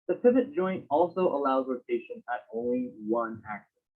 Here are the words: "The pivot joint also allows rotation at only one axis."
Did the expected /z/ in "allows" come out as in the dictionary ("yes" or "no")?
yes